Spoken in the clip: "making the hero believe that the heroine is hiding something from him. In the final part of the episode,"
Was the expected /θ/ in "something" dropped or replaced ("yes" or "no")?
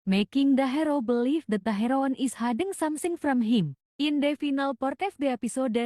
yes